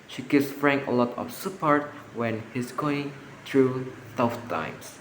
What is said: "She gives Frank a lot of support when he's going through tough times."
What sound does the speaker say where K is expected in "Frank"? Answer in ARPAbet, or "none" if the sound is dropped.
none